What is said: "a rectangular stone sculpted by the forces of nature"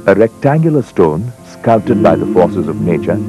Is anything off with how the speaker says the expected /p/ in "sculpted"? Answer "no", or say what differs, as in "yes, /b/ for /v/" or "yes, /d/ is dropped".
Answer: yes, /p/ is dropped